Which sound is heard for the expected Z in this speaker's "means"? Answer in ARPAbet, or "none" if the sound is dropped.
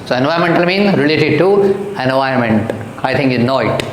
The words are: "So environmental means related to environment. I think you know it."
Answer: none